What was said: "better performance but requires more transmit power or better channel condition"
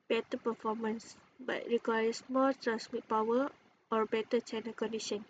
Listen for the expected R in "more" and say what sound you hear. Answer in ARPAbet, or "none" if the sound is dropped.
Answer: L